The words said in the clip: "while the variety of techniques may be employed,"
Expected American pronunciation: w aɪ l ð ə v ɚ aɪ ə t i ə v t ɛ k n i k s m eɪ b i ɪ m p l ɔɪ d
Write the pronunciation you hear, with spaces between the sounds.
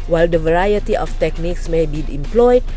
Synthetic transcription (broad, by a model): w aɪ l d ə v ɚ aɪ ə t i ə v t ɛ k n i k s m eɪ b i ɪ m p l ɔɪ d